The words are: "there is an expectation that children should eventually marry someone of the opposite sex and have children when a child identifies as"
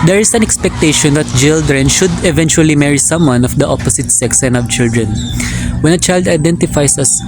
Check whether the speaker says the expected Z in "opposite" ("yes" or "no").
no